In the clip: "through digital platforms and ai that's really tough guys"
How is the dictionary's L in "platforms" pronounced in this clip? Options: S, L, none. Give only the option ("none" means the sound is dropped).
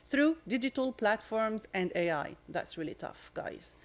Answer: L